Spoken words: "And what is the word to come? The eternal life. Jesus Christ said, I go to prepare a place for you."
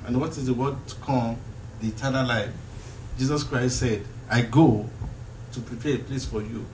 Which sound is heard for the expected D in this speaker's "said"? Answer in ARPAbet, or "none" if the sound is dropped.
D